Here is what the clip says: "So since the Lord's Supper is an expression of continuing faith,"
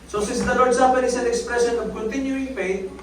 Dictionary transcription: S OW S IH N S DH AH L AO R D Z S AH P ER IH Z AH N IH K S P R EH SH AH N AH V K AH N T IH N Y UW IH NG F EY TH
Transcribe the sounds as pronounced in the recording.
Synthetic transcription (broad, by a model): S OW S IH S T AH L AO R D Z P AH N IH S AH N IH K S P R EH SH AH N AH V K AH N T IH N Y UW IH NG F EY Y